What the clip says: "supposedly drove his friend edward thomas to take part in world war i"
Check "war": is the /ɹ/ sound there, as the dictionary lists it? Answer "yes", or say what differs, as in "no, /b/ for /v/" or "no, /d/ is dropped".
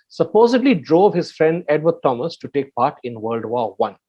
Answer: no, /w/ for /ɹ/